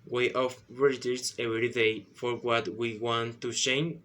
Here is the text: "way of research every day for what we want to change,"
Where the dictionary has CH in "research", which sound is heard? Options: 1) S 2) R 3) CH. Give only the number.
1